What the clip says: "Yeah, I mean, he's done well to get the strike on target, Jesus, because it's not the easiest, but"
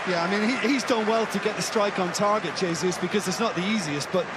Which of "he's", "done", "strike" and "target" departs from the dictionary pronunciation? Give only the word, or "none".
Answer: none